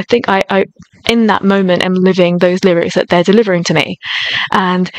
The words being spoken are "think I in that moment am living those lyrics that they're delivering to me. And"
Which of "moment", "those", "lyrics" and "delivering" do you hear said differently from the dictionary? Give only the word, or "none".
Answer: none